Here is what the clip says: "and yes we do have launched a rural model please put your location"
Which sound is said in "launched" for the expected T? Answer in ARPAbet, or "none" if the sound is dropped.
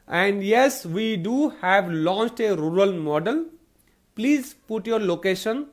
T